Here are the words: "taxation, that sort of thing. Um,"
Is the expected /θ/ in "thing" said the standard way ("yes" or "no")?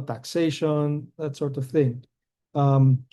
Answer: yes